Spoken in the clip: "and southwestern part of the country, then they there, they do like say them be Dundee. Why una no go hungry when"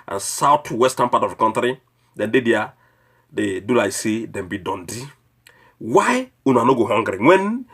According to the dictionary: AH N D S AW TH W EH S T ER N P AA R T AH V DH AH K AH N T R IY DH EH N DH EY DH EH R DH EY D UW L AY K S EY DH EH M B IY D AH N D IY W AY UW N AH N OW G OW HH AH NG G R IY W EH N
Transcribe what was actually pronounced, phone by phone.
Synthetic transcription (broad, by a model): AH N S AW T W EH S T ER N P AA T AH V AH K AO N T R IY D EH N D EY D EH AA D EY D UW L AY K S EY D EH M B IY D AH N D IY W AY UW N AH N OW G OW HH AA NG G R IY W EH N